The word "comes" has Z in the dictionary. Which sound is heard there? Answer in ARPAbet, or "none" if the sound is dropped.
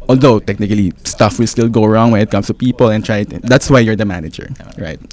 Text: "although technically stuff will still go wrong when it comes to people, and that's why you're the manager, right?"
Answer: S